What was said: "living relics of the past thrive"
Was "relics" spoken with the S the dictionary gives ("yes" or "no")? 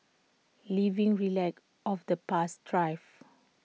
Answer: no